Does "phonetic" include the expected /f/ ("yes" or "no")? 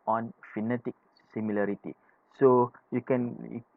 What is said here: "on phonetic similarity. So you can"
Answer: yes